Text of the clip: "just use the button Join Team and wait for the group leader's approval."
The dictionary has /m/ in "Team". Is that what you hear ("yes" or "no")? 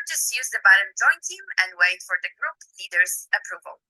yes